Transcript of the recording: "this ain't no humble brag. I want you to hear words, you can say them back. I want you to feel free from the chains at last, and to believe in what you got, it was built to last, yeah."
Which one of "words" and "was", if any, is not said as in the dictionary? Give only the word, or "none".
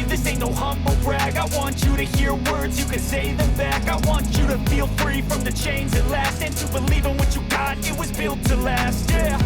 none